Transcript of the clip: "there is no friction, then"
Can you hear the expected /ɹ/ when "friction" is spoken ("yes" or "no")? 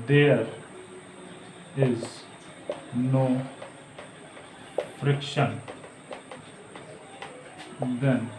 yes